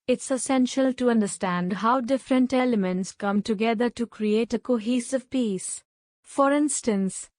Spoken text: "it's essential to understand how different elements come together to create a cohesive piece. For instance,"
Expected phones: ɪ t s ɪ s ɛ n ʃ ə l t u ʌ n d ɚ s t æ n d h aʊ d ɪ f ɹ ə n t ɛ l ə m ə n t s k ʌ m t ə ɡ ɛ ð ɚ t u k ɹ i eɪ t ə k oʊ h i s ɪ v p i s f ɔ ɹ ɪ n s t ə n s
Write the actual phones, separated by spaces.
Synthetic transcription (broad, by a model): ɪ t s ɪ s ɛ n ʃ ə l t u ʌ n d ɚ s t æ n d h aʊ d ɪ f ɹ ə n t ɛ l ə m ə n t s k ʌ m t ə ɡ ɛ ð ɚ t u k ɹ i eɪ t ə k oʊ h i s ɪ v p i s f ɔ ɹ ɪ n s t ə n s